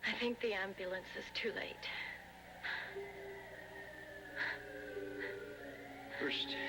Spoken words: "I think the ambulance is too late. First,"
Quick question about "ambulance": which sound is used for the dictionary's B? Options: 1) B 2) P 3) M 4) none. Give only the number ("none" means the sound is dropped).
1